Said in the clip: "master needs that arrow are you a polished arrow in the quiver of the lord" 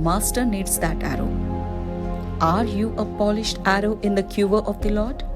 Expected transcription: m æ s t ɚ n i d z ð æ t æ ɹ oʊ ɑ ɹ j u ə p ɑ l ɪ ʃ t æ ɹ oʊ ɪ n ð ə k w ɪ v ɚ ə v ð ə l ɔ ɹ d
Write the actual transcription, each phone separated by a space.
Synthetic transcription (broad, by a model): m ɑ s t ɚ n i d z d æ t æ ɹ oʊ ɑ ɹ j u ə p ɑ l ɪ ʃ t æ ɹ oʊ ɪ n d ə k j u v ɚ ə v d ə l ɔ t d